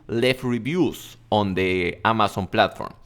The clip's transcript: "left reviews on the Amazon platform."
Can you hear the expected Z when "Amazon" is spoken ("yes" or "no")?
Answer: no